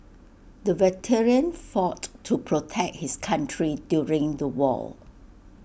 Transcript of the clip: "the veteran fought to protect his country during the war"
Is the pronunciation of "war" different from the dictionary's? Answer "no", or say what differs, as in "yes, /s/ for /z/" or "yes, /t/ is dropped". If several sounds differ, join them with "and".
yes, /l/ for /ɹ/